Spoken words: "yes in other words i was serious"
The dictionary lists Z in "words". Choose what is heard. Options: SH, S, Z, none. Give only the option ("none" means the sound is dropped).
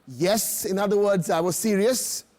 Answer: Z